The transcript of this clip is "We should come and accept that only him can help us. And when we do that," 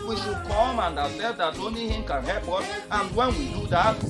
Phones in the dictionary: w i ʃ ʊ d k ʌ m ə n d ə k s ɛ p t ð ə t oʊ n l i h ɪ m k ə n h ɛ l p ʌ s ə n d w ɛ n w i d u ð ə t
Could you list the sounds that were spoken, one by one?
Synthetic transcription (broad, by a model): w i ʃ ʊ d k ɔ m ə n d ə s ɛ t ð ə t oʊ n l i h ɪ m k ə n h ɛ l p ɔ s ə n w ɛ n w i d u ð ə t